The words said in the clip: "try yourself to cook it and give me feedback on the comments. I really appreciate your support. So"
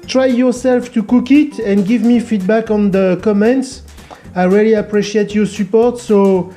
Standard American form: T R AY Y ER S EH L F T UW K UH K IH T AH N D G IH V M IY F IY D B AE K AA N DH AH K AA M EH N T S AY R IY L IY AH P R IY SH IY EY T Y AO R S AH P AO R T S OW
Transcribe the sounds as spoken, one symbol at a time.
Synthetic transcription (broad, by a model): T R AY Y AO S EH L F T UW K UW K IH T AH N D G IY V M IY F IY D B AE K AA N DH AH K AA M EH N T S AY R IY L IY AH P R IY SH IY EY T Y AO S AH P AO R T S OW